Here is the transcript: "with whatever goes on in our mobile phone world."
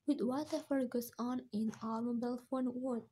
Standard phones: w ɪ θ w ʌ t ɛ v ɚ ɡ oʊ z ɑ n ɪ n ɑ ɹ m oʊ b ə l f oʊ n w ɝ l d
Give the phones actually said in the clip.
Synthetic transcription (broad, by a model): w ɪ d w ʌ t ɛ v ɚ ɡ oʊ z ɑ n ɪ n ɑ l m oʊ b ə l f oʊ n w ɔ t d